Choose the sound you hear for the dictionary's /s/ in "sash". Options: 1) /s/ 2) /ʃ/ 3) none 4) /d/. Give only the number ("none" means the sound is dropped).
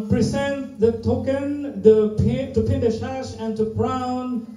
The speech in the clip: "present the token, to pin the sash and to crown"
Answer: 2